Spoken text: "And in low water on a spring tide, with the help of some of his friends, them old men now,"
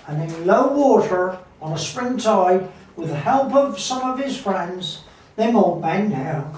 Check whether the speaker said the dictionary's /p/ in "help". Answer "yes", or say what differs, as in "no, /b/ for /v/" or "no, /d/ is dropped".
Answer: yes